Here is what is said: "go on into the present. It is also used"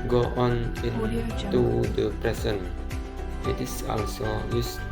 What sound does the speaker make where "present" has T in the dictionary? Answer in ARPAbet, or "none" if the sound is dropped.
none